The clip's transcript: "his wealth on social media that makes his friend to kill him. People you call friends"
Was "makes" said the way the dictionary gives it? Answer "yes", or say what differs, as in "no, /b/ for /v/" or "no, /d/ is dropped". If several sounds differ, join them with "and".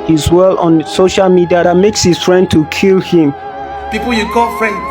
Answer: yes